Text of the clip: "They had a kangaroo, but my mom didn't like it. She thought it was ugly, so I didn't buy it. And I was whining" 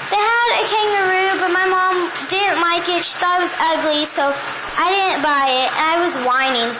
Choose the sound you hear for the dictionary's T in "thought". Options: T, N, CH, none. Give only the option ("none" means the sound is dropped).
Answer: none